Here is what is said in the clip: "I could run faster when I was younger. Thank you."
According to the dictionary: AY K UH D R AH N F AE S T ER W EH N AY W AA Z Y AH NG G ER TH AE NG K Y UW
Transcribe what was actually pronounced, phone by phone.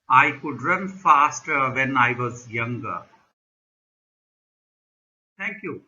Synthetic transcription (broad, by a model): AY K UH D R AH N F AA S T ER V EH N AY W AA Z Y AH NG G ER T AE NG K Y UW